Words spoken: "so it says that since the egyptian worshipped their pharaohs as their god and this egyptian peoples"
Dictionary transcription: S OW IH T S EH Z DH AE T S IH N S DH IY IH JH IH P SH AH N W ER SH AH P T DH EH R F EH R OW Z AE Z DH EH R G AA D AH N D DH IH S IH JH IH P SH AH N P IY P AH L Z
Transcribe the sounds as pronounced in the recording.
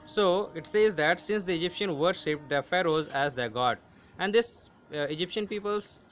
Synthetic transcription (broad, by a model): S OW IH T S EH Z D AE T S IH N S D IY IH JH IH P SH AH N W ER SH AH P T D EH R F EH R OW Z AE Z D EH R G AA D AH N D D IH S IH JH IH P SH AH N P IY P AH L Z